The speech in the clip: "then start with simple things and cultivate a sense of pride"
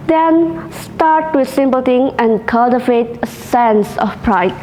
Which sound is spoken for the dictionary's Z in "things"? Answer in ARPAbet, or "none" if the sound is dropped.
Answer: none